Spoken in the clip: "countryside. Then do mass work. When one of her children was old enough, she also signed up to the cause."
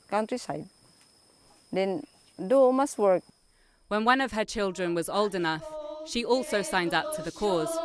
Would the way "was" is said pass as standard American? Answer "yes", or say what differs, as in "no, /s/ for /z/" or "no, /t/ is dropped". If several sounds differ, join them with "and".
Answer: yes